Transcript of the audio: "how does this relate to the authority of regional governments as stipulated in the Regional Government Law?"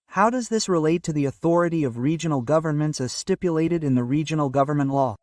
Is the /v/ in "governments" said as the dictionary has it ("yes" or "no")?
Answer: yes